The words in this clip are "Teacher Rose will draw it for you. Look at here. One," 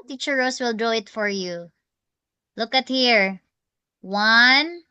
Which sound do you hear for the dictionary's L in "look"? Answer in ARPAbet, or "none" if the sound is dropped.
L